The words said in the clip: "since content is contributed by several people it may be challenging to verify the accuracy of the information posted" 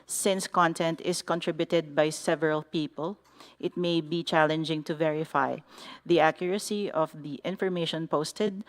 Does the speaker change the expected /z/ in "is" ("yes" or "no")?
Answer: yes